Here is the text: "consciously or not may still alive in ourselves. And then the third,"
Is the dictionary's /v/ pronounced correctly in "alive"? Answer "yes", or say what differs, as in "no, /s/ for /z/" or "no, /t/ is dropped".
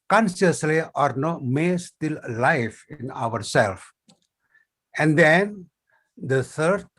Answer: no, /f/ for /v/